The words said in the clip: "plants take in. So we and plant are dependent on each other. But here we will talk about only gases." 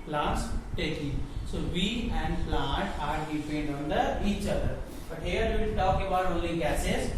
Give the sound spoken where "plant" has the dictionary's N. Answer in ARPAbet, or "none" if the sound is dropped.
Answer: none